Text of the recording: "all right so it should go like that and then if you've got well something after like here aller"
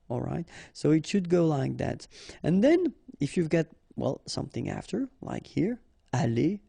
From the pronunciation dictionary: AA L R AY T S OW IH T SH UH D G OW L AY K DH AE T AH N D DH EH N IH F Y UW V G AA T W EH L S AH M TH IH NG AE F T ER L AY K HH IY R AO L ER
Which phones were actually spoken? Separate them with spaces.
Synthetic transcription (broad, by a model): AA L R AY T S OW IH T SH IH D G OW L AY K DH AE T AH N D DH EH N IH F Y UW V G AA T W EH L S AH M TH IH NG AE F T ER L AY K HH IY R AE L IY